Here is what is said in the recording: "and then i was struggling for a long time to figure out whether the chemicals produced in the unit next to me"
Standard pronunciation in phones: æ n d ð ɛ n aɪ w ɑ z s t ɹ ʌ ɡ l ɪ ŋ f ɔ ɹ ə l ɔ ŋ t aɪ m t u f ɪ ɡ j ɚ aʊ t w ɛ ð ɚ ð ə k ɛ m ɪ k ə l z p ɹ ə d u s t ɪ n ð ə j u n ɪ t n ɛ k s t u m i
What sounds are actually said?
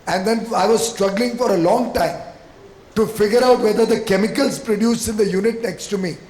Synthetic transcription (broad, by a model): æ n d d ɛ n aɪ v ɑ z s t ɹ ʌ ɡ l ɪ ŋ f ɔ ɹ ə l ɔ ŋ t aɪ m t u f ɪ ɡ j ɚ aʊ t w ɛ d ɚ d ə k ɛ m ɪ k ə l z p ɹ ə d u s ɪ n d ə j u n ɪ t n ɛ k s t u m i